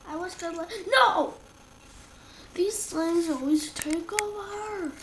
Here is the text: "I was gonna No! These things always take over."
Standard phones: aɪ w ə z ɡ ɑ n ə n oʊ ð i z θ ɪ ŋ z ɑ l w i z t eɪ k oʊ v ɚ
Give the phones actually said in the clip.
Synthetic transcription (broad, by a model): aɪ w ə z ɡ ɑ l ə n oʊ ð i z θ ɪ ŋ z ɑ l w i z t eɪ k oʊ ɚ